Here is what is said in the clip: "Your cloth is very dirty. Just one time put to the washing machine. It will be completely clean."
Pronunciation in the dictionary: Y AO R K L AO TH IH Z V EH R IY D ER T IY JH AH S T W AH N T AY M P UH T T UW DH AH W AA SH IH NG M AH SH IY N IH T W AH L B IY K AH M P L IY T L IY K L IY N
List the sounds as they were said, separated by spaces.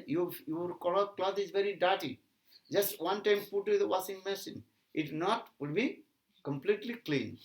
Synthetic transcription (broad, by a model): Y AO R K L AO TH IH Z V EH R IY D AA T IY JH AH S T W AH N T AY M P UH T T UW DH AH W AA S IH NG M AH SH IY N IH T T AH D B IY K AH M P L IY T L IY K L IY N